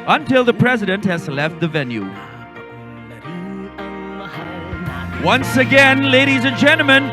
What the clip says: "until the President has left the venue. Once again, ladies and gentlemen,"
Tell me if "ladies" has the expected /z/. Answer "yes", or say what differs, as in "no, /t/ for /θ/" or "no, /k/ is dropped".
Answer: yes